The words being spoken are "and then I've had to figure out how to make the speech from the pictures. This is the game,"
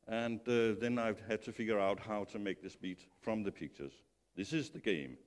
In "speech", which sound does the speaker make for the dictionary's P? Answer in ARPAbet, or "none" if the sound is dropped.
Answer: B